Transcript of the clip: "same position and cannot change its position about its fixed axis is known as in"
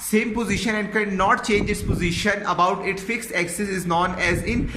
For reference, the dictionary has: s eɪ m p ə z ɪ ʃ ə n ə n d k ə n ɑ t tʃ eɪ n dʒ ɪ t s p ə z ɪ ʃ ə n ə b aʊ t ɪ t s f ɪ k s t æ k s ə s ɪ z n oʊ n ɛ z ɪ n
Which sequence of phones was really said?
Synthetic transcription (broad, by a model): s eɪ m p ə z ɪ ʃ ə n ə n d k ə n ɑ t tʃ eɪ n dʒ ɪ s p ə z ɪ ʃ ə n ə b aʊ t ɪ t f ɪ k s t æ k s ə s ɪ z n oʊ n ɛ z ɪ n